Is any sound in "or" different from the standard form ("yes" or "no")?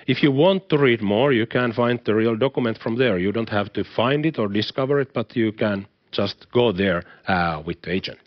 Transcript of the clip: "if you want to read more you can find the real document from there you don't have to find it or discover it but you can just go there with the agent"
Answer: no